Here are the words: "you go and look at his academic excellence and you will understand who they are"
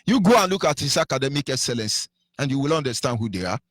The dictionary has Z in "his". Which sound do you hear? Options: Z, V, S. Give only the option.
S